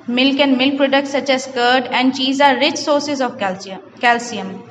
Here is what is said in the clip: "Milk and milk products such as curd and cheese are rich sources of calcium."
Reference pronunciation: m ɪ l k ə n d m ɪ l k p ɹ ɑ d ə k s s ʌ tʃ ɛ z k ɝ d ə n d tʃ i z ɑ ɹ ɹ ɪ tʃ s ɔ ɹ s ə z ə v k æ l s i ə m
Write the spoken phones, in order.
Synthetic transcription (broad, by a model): m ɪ l k ə n d m ɪ l k p ɹ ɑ d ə k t s ʌ tʃ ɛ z k ɝ d ə n d tʃ i z ɑ ɹ ɹ ɪ tʃ s ɔ ɹ s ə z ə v k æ l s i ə m